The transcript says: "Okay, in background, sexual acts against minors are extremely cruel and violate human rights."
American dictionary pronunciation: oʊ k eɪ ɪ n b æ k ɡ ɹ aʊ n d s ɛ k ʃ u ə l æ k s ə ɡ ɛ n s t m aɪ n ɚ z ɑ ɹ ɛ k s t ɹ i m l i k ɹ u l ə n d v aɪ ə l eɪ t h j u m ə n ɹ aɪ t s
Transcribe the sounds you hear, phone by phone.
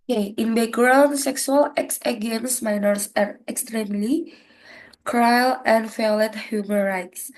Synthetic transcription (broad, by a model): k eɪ ɪ n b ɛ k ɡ ɹ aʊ n s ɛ k s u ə l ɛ k s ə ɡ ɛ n s m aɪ n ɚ s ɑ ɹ ɛ k s t ɹ i m l i k ɹ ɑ l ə n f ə l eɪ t h j u m ə n ɹ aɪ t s